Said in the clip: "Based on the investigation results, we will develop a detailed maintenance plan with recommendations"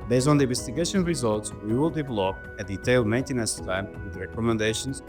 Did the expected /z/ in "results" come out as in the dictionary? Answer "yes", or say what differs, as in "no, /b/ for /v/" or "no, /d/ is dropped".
yes